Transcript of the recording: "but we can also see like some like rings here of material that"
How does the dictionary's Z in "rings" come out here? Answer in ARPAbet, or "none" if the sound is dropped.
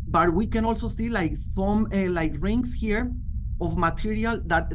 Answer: S